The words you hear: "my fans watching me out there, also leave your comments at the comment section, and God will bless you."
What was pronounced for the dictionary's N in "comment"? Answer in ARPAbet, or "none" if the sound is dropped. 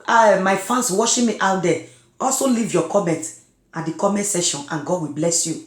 N